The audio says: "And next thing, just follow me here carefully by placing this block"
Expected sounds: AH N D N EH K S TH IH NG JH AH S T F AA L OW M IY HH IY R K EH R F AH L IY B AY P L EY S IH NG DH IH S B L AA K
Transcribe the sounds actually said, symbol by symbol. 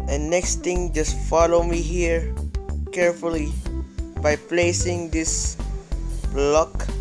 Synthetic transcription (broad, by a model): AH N N EH K S T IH NG JH AH S T F AA L OW M IY HH IY R K EH R F AH L IY B AY P L EY S IH NG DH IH S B L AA K